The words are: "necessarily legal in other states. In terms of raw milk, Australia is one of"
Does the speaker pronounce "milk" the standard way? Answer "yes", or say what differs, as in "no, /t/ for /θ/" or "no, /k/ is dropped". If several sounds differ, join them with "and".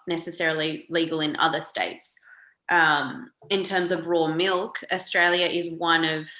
yes